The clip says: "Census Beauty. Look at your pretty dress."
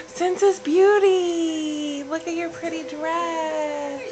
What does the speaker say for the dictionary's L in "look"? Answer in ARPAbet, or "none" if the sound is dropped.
L